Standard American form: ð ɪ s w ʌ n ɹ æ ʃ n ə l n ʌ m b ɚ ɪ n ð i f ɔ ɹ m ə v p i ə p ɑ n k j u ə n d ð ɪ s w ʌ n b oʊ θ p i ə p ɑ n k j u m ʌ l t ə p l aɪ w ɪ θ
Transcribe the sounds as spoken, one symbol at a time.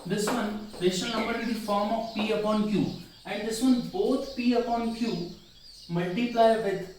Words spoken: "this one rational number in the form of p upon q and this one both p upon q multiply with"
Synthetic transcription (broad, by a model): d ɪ s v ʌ n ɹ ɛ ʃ ə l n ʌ m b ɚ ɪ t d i f ɔ ɹ m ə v p i ə p ɑ n k j u ə n d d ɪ s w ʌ n b oʊ t p i ə p ɑ n k j u m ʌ l t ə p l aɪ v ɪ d